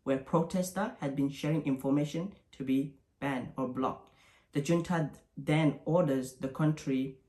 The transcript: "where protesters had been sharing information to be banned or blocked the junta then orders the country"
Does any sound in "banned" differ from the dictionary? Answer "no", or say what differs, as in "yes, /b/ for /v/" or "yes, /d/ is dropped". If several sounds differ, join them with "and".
yes, /d/ is dropped